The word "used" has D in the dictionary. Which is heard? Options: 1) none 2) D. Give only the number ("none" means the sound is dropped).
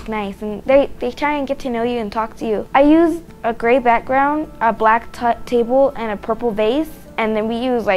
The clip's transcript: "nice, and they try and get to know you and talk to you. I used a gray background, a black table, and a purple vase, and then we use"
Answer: 1